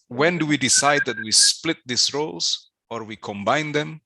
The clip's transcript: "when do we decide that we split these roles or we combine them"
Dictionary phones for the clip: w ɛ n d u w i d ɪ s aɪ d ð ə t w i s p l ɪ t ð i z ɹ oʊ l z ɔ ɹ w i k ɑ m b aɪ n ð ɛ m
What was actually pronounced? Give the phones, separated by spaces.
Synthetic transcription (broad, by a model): w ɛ n d u w i d ɪ s aɪ d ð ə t w i s p l ɪ t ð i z ɹ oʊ l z ɔ ɹ w i k ɑ m b aɪ n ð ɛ m